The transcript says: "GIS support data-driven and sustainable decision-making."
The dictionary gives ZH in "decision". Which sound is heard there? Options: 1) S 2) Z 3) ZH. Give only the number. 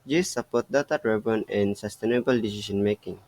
1